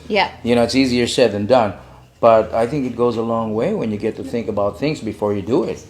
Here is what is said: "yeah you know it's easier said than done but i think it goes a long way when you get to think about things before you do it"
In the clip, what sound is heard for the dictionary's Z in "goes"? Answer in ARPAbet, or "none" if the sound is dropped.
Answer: Z